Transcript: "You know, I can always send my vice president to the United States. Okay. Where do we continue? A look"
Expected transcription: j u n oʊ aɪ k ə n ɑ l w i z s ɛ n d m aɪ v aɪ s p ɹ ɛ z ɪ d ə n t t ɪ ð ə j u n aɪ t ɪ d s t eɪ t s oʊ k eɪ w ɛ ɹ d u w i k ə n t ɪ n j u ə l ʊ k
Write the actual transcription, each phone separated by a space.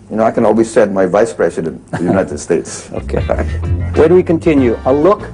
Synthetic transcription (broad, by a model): j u n oʊ aɪ k ə n ɑ l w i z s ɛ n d m aɪ v aɪ s p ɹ ɛ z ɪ d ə n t t ɪ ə j u n aɪ t ɪ d s t eɪ t s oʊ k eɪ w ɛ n w i k ə n t ɪ n j u ə l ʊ k